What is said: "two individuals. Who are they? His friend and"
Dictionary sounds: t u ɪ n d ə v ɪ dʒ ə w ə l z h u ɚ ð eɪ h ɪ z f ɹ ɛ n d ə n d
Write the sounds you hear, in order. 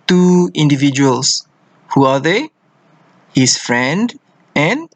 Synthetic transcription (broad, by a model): t u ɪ n d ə v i dʒ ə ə l s h u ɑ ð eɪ h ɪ s f ɹ ɛ n d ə n